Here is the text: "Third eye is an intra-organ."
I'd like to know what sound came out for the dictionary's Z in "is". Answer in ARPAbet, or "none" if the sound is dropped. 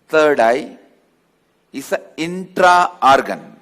S